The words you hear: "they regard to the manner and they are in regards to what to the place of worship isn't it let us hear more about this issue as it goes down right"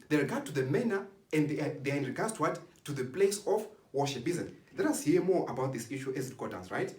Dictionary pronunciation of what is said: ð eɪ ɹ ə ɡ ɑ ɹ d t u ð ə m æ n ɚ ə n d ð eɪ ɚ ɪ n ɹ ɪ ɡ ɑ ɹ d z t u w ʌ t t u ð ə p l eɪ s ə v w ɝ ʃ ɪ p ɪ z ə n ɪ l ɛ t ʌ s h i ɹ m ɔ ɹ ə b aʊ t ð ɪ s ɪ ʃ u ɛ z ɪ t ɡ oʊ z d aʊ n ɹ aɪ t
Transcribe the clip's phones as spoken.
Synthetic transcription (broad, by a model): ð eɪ ɹ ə ɡ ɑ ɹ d t u ð ə m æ n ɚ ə n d ð eɪ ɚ ɪ n ɹ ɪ ɡ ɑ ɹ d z t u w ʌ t t u ð ə p l eɪ s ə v w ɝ ʃ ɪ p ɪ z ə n l ɛ t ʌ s h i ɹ m ɔ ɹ ə b aʊ t ð ɪ s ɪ ʃ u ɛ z ɪ t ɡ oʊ d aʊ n ɹ aɪ t